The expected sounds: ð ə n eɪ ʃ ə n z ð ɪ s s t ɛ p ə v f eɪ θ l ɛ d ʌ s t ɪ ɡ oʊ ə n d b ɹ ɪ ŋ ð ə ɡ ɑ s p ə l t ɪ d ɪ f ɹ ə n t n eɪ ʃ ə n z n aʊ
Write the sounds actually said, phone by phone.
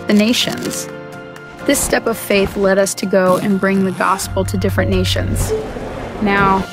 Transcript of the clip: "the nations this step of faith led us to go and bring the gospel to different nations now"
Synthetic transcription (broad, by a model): ð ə n eɪ ʃ ə n z ð ɪ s s t ɛ p ə v f eɪ θ l ɛ d ʌ s t ɪ ɡ oʊ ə n b ɹ ɪ ŋ ð ə ɡ ɑ s p l t ɪ d ɪ f ɹ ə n n eɪ ʃ ə n z n aʊ